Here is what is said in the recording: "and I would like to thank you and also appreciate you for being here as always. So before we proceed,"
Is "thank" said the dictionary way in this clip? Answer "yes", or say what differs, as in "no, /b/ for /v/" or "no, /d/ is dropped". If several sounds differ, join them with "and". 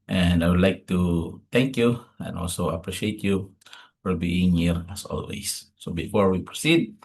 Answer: no, /t/ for /θ/